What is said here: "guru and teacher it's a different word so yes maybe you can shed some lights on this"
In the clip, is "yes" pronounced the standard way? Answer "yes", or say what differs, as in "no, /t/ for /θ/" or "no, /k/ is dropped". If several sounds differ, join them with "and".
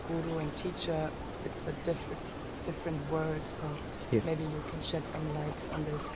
no, /s/ is dropped